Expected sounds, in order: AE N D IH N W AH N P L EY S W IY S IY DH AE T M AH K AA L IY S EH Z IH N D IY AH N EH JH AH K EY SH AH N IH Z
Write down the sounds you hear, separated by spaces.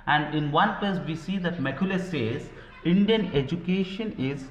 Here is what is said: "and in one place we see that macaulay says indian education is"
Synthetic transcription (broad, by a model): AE N D IH N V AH N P EY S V IY S IY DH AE T M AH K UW L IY S EH Z IH N D IY AH N EH JH AH K EY SH AH N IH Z